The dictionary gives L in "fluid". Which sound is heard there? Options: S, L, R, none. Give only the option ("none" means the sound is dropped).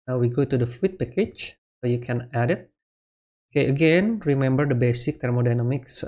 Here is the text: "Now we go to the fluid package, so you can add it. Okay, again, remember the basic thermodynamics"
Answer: none